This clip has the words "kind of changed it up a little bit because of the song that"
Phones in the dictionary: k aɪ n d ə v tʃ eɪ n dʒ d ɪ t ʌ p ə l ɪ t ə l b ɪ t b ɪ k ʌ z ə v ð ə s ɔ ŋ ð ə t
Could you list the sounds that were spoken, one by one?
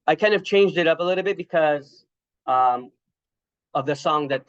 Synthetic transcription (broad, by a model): k aɪ n d ə v tʃ eɪ n dʒ d ɪ t ʌ p ə l ɪ t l b ɪ t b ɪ k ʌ z ə v ð ə s ɔ ŋ ð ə t